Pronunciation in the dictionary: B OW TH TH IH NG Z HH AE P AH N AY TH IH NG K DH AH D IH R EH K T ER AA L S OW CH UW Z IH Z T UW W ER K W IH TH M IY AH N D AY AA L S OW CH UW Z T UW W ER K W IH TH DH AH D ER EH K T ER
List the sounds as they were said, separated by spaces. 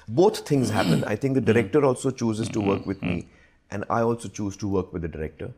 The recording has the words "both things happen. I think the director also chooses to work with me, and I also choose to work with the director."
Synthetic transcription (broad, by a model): B OW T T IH NG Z HH AE P AH N AY T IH NG K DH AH D IH R EH K T ER AA L S OW CH UW Z IH Z T UW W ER K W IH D M IY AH N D AY AA L S OW CH UW Z T UW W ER K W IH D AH D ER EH K T ER